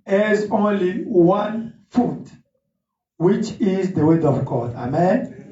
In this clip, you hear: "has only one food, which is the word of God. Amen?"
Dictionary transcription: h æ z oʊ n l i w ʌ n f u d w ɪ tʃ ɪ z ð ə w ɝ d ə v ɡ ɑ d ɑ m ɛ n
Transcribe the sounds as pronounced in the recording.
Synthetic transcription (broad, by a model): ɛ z oʊ n l i w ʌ n f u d w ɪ tʃ ɪ z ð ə w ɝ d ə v ɡ ɑ d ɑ m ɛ n